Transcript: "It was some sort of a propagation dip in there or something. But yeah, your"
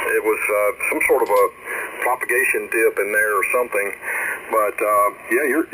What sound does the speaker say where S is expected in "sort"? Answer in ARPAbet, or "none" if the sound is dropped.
S